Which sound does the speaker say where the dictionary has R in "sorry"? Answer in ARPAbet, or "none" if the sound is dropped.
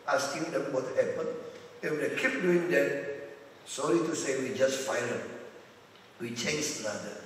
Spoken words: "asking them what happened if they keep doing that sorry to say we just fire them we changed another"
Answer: L